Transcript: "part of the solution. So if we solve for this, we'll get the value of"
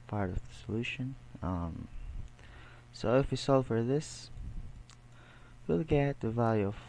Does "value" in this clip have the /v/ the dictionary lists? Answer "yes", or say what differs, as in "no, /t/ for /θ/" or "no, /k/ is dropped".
yes